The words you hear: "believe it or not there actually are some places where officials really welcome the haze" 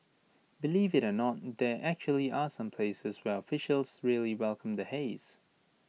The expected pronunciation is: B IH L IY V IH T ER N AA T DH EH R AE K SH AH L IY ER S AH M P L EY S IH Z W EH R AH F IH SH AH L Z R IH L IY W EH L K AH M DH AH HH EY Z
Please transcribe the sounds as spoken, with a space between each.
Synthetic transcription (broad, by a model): B IH L IY V IH T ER N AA T DH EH R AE K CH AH L IY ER S AH M P L EY S IH Z W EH R AH F IH SH AH L Z R IH L IY W EH L K AH M DH AH HH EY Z